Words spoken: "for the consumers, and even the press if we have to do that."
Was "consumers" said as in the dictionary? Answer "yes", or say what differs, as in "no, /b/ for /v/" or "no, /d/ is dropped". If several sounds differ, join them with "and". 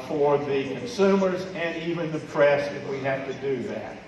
yes